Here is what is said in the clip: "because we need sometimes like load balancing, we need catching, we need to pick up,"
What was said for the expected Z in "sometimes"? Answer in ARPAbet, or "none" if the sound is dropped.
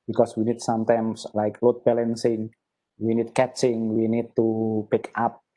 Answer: S